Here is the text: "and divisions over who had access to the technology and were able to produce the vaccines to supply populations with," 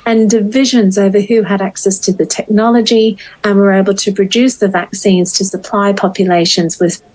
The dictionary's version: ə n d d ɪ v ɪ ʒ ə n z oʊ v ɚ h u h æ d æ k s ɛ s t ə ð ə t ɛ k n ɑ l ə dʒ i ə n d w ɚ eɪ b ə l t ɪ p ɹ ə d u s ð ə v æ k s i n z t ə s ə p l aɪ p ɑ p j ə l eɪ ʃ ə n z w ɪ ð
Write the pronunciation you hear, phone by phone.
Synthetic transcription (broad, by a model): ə n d d ɪ v ɪ ʒ ə n z oʊ v ɚ h u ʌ d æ k s ɛ s t ə ð ə t ɛ k n ɑ l ə dʒ i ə n w ɚ eɪ b ə l t ɪ p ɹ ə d u s ð ə v æ k s i n z t ə s ə p l aɪ p ɑ p j ə l eɪ ʃ ə n z w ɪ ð